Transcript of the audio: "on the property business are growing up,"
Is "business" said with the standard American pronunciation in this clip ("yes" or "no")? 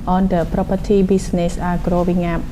no